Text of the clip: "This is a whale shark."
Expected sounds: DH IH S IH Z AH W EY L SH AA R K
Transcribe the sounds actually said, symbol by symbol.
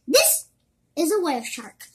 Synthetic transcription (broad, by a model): DH IH S IH Z AH W EY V SH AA R K